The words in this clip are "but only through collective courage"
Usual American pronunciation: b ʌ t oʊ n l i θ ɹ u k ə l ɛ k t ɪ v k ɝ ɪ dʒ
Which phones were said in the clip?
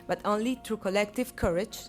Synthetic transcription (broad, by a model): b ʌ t oʊ n l i t ɹ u k ə l ɛ k t ɪ v k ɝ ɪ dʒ